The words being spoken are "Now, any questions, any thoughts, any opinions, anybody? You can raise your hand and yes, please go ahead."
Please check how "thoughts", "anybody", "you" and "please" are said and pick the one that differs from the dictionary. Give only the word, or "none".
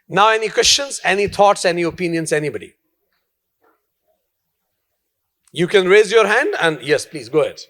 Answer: thoughts